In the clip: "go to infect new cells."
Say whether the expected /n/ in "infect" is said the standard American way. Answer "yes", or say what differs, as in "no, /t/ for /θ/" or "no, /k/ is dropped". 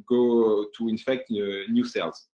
yes